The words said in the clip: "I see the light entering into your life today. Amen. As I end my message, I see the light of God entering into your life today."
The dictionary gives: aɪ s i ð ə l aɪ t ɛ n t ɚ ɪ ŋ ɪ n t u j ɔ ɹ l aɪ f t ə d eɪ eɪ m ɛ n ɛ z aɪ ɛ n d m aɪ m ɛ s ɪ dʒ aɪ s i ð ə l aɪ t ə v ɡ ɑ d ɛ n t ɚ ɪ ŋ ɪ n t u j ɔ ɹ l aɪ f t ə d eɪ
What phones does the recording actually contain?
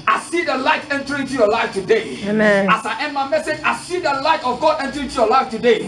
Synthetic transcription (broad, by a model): aɪ s i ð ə l aɪ t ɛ n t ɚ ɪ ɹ ɪ n t u j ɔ l aɪ f t ə d eɪ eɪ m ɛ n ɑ s aɪ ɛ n m aɪ m ɛ s ɪ dʒ aɪ s i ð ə l aɪ t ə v ɡ ɑ d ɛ n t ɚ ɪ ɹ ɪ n t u j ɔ l aɪ f t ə d eɪ